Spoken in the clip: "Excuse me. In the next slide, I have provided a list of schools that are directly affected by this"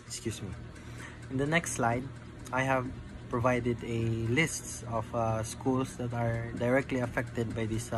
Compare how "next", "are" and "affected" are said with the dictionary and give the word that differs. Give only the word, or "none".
none